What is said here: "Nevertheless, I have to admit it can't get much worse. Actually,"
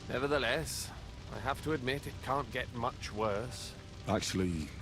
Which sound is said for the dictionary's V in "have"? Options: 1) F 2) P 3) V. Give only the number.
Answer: 1